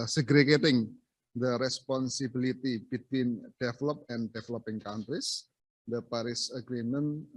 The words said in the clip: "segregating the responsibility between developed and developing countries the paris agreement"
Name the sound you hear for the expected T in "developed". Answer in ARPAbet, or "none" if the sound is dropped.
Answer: none